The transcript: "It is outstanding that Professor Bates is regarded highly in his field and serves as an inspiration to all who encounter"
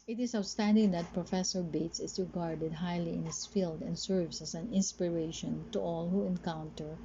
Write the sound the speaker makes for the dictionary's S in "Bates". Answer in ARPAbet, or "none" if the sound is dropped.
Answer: S